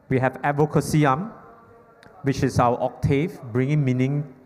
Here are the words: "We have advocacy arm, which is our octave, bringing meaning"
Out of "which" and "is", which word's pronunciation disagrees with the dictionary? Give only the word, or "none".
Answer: is